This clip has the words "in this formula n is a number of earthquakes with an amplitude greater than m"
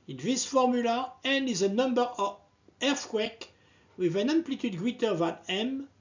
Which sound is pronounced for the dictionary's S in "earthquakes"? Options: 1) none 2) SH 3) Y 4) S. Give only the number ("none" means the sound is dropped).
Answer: 1